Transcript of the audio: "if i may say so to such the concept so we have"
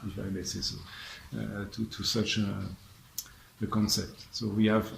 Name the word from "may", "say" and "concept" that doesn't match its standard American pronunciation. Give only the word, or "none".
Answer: none